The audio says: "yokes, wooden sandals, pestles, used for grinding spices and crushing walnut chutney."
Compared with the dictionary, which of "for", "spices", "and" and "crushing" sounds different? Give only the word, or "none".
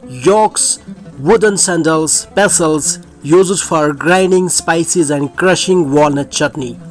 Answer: none